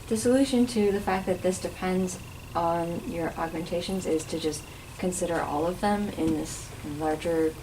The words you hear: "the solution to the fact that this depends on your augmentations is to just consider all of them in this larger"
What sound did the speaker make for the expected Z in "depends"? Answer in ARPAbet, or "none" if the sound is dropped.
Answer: Z